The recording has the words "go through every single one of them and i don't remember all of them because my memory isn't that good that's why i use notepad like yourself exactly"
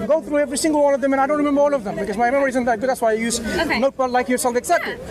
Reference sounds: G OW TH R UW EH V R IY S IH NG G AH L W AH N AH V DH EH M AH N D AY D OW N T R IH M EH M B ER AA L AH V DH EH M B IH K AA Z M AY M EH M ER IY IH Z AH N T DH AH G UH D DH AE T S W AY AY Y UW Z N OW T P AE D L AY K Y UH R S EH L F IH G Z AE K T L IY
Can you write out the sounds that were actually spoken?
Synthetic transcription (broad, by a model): G OW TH R UW EH V R IY S IH NG G AH L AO L AH V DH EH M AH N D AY D OW N T R IH M EH M B ER AA L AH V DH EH M B IH K AA Z M AY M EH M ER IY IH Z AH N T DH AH G UH D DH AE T S W AY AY Y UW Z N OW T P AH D L AY K Y UH R S EH L F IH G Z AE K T L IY